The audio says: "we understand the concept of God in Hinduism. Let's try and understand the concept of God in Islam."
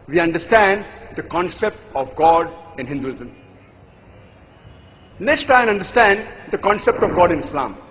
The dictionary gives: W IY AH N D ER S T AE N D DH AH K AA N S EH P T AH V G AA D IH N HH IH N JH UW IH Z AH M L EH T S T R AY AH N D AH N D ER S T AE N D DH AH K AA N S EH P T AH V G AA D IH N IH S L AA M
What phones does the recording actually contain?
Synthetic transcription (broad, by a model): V IY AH N D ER S T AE N D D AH K AA N S EH P T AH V G AA D IH N HH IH N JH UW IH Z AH M N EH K S T AY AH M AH N D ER S T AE N D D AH K AA N S EH P T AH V G AA D IH N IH S L AA M